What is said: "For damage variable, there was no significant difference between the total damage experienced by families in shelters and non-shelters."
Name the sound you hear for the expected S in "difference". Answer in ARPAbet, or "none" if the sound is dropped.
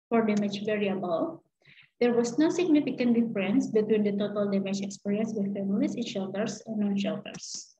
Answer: S